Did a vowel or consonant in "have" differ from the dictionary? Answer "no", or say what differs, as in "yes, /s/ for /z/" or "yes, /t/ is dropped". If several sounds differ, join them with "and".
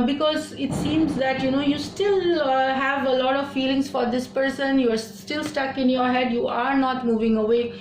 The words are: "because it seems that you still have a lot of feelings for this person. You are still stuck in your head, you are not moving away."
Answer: no